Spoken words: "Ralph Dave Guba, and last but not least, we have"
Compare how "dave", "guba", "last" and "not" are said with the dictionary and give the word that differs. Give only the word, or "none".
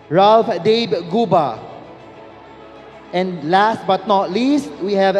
dave